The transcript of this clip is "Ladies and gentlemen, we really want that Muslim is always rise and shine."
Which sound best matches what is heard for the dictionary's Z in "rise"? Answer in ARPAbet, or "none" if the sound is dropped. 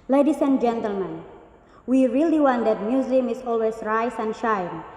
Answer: S